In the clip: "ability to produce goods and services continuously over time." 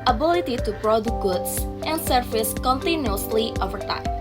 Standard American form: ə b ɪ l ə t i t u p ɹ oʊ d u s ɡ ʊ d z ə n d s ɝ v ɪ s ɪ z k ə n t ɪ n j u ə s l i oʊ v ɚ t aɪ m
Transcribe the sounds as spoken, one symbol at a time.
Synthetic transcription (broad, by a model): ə b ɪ l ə t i t u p ɹ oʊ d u ɡ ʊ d s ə n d s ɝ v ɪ s k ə n t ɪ n j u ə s l i oʊ v ɚ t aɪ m